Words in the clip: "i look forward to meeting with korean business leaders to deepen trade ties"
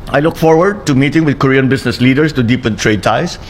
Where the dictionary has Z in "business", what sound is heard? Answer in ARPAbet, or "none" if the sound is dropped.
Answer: S